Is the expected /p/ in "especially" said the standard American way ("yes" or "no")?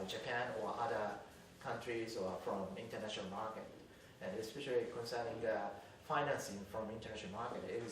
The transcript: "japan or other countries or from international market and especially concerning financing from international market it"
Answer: yes